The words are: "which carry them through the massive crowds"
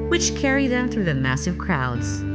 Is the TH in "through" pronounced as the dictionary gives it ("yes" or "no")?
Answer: yes